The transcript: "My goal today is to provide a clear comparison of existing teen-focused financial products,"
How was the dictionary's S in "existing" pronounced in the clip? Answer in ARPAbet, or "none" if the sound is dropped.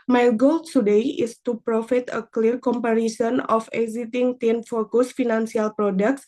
none